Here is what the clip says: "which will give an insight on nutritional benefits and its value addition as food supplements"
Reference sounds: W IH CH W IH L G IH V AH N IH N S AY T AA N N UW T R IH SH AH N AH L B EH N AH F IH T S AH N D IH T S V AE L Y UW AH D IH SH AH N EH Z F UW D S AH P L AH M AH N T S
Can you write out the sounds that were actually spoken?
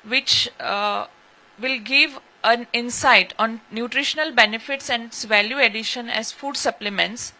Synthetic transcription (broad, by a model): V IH CH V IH L G IH V AH N IH N S AY T AA N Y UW T R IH SH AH N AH L B EH N AH F IH T S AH N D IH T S V AE L Y UW AH D IH SH AH N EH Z F UW D S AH P L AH M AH N T S